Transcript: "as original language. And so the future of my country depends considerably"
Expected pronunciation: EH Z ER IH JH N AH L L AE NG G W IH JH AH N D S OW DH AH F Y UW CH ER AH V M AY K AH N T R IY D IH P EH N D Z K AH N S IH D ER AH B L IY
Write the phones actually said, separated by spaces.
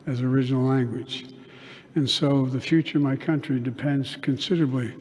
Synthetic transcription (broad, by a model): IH Z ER IH JH N L L AE NG G W IH JH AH N S OW DH AH F Y UW CH ER AH V M AY K AH N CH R IY D IH P EH N D Z K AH N S IH D ER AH B L IY